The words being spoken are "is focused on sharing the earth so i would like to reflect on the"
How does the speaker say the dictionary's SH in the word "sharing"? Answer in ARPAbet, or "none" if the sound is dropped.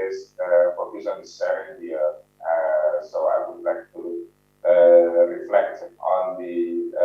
S